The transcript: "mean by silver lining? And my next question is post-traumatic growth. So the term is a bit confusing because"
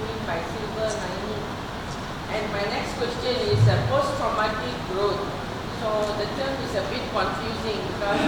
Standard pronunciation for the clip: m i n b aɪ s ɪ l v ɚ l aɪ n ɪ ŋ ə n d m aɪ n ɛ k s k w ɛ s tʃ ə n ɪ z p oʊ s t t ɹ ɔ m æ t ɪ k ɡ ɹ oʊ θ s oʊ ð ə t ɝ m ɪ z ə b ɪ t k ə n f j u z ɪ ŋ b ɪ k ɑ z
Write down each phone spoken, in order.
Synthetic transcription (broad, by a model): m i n b aɪ s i l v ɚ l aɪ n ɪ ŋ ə n m aɪ n ɛ k s k w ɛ s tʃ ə n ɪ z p oʊ s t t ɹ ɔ m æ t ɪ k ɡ ɹ oʊ t s oʊ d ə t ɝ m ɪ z ə b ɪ t k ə n f j u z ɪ ŋ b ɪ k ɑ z